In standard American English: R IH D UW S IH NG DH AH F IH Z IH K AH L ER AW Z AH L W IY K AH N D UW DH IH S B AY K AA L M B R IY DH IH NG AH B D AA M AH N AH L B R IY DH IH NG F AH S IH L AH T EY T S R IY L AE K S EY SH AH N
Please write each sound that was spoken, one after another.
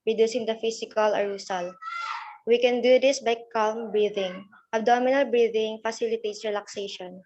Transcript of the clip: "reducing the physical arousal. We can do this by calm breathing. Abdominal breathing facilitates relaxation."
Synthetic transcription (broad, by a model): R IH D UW S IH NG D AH F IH S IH K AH L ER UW S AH L W IY K AH N D UW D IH S B AY K AA L M B R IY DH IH NG AH B D AA M AH N AH L B R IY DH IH NG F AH S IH L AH T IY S R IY L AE K S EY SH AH N